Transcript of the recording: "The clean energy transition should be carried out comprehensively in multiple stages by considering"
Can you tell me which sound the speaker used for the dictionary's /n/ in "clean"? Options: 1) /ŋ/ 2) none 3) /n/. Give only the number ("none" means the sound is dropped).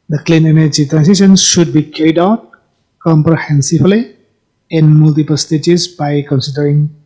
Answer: 3